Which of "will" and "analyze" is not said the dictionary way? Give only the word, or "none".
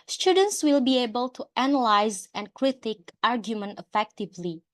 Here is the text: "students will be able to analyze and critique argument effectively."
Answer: none